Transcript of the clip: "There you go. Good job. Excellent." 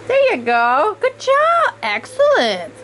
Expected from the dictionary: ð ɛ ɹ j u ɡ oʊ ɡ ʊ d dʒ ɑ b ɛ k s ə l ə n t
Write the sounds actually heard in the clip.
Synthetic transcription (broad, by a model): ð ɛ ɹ j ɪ ɡ oʊ ɡ ʊ d dʒ ɑ b ɛ k s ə l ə n t